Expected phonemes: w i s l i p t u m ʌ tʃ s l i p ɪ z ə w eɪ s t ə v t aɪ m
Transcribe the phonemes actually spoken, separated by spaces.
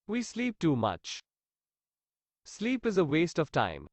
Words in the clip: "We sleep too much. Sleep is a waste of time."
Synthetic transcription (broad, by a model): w i s l i p t u m ʌ tʃ s l i p ɪ z ə w eɪ s t ə v t aɪ m